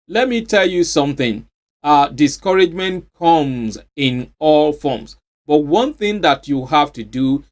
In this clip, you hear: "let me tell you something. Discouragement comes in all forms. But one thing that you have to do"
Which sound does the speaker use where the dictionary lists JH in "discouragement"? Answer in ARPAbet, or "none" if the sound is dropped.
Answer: JH